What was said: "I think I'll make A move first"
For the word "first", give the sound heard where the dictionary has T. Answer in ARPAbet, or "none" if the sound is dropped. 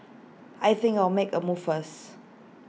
none